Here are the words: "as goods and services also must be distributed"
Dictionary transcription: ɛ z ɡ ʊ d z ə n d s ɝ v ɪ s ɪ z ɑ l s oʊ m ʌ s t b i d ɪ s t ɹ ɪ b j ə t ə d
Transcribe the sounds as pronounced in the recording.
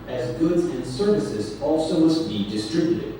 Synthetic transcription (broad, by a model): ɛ z ɡ ʊ d z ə n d s ɝ v ɪ s ɪ z ɑ l s oʊ m ʌ s t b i d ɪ s t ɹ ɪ b j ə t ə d